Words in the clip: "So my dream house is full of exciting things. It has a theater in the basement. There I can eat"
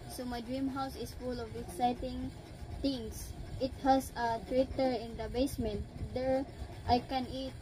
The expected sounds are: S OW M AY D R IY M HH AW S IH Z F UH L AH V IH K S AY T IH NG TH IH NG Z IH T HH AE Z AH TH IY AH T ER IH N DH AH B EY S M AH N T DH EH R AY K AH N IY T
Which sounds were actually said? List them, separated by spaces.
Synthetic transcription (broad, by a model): S OW M AY D R IY M HH AW S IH S F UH L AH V IH K S AY T IH NG T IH NG S IH T HH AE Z AH T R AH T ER IH N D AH B EY S M AH N T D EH R AY K AH N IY T